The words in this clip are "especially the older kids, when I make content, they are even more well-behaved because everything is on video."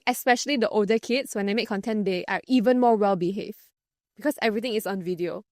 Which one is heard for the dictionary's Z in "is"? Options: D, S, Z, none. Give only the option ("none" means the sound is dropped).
S